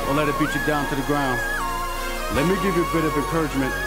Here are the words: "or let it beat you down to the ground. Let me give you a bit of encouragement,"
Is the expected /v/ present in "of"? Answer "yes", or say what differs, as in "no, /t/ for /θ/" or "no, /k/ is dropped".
yes